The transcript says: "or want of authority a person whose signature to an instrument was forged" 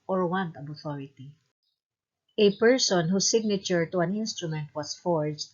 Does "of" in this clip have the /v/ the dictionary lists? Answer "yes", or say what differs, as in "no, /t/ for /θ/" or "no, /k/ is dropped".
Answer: no, /b/ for /v/